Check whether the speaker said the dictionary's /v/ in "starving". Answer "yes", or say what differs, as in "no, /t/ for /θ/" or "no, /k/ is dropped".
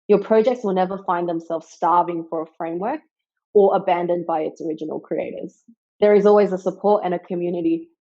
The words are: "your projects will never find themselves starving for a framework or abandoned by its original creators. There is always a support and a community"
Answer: yes